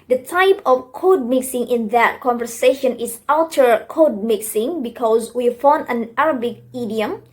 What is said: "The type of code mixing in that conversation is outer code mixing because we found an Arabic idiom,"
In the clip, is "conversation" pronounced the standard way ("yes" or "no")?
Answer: yes